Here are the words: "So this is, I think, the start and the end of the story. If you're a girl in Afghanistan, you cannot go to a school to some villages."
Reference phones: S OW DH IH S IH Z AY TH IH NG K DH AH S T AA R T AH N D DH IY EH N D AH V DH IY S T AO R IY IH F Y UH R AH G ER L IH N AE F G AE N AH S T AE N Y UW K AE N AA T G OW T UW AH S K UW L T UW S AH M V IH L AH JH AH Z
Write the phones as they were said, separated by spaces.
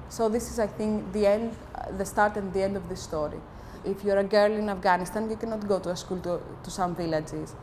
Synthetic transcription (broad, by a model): S OW DH IH S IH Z AY TH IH NG K DH AH S T AA R T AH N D DH IY EH N D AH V DH IY S T AO R IY IH F Y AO R AH G ER L IH N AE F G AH N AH S T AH N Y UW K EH N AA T G OW T UW AH S K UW L T UW S AH M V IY L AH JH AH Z